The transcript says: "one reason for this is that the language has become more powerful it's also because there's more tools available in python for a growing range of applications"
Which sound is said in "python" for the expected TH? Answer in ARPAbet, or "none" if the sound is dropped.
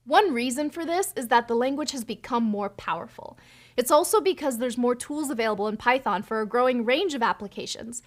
TH